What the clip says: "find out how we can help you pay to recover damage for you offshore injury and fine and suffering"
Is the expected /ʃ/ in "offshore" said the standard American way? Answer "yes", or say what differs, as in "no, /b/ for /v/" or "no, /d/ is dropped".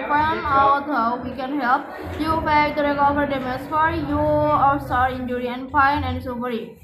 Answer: no, /s/ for /ʃ/